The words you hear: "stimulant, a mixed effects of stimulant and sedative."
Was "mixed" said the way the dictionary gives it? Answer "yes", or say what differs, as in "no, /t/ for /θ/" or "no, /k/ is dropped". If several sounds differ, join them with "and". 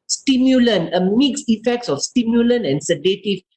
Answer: no, /t/ is dropped